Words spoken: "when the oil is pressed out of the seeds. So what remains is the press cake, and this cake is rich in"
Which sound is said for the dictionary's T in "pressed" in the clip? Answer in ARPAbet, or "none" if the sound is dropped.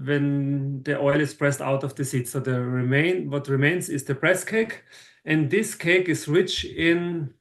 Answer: T